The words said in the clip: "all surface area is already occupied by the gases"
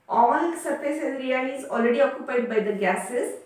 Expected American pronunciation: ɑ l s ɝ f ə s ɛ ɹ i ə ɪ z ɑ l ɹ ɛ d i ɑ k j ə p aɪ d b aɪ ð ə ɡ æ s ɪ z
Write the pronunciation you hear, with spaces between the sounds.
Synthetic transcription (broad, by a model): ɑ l s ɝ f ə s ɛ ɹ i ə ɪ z ɑ l ɹ ɛ d i ɑ k j ə p aɪ d b aɪ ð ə ɡ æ s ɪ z